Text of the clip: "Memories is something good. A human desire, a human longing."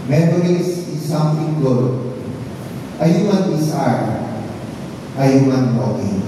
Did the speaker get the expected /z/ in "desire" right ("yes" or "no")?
no